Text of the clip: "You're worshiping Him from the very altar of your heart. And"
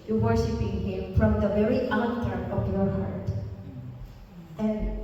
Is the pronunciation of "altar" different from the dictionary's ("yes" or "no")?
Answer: yes